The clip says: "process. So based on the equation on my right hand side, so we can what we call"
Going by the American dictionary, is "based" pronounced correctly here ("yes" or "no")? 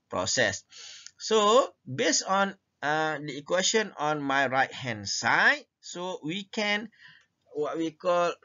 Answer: no